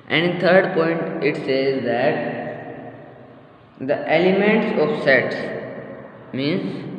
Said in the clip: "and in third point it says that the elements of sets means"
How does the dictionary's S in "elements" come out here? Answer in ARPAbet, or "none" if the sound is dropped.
S